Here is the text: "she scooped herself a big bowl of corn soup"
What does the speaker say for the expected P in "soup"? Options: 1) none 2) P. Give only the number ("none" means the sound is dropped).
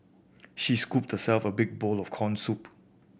2